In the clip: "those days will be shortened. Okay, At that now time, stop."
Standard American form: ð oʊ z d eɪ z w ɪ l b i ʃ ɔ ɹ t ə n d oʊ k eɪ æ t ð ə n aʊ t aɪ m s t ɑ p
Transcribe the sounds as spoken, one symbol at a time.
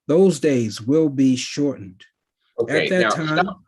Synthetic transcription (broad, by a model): ð oʊ z d eɪ z w ɪ l b i ʃ ɔ ɹ t n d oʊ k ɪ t ð ə t aɪ m